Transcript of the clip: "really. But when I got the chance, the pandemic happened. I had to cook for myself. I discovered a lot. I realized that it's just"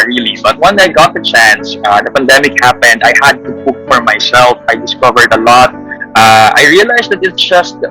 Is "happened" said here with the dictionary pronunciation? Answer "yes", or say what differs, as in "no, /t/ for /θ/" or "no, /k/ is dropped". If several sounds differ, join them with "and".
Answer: yes